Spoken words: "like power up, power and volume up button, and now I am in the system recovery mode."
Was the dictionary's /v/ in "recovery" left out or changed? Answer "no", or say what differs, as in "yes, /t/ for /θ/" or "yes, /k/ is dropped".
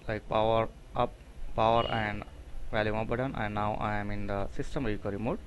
yes, /v/ is dropped